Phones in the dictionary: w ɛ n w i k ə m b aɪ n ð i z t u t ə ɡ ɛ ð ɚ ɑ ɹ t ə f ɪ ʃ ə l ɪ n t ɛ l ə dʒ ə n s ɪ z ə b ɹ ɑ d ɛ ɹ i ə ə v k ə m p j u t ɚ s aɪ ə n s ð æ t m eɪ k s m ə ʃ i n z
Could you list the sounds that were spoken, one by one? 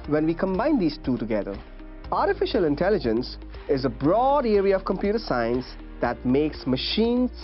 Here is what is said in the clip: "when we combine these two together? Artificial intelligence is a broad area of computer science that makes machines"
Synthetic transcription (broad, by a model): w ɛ n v i k ə m b aɪ n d i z t u t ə ɡ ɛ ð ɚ ɑ ɹ t ə f ɪ ʃ ə l ɪ n t ɛ l ə dʒ ə n s ɪ z ə b ɹ ɑ d ɛ ɹ i ə ə v k ə m p j u t ɚ s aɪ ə n s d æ t m eɪ k s m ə ʃ i n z